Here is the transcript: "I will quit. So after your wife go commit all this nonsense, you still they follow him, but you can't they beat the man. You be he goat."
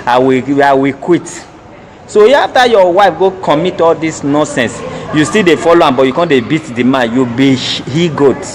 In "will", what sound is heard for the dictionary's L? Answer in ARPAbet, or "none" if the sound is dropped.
W